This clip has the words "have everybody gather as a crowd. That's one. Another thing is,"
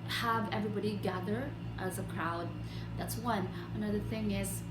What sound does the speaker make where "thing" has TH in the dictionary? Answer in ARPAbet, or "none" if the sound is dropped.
TH